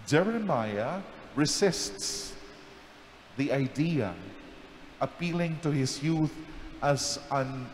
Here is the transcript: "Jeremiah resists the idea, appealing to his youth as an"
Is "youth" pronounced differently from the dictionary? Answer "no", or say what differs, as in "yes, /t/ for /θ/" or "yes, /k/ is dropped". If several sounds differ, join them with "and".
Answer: no